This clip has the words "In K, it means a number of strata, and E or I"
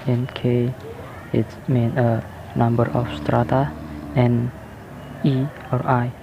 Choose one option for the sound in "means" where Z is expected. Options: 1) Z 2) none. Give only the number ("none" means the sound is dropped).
2